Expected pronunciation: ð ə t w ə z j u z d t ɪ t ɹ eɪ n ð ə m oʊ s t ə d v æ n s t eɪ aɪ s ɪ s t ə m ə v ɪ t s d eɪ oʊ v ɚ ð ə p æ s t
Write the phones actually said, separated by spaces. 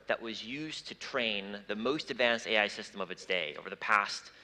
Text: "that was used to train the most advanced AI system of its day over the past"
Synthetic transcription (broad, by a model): ð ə t w ə z j u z t ɪ t ɹ eɪ n ð ə m oʊ s t ə d v æ n s t eɪ aɪ s ɪ s t ə m ə v ɪ t s d eɪ oʊ v ɚ ð ə p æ s t